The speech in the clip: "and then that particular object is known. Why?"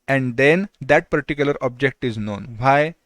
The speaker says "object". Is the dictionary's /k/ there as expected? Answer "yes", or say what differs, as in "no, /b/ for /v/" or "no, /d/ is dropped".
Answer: yes